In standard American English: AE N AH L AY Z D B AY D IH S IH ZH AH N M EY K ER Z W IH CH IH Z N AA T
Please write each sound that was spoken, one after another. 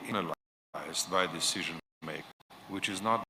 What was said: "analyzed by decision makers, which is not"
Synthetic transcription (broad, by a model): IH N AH L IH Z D B AY D IH S IH ZH AH N M EY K W IH CH IH Z N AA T